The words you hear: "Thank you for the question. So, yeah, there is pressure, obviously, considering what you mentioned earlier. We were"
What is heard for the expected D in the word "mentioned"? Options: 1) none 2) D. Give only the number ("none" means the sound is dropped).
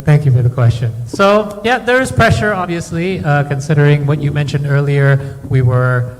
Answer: 2